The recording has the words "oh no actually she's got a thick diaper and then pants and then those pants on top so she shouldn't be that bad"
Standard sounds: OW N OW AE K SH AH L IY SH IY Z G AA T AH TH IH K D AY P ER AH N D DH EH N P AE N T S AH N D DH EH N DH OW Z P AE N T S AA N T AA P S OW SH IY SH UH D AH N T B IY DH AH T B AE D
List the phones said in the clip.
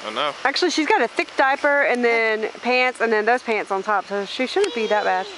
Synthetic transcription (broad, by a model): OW N OW AE K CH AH L IY SH IY Z G AA T AH TH IH K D AY P ER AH N DH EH N P AE N T S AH N DH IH N DH OW Z P AE N T S N T AA P S OW SH IY SH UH D N B IY DH AH T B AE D